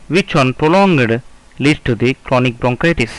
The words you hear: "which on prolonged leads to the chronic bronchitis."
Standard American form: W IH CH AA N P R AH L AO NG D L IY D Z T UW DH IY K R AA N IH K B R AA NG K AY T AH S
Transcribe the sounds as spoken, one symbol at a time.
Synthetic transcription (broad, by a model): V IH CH AA N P R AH L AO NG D L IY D S T UW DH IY K R AA N IH K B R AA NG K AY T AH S